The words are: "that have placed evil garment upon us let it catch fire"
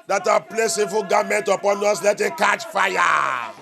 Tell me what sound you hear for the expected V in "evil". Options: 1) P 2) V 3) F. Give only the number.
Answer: 3